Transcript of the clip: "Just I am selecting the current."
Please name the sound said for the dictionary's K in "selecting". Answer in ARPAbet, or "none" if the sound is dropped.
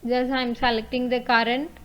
K